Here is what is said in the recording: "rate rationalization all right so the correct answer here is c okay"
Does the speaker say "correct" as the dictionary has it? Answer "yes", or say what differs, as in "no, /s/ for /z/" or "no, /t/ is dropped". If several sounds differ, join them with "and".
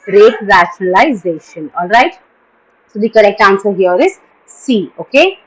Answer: yes